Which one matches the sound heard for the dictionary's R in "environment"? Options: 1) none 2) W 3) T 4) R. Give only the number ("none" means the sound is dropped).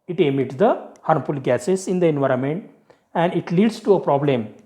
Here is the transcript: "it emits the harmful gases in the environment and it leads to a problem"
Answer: 4